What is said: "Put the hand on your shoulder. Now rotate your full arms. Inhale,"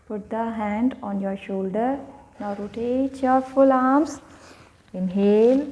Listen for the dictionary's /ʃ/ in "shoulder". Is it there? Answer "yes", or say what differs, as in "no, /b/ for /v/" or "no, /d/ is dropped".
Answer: yes